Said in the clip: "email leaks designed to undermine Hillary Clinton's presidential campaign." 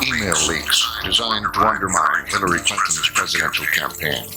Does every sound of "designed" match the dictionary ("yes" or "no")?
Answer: yes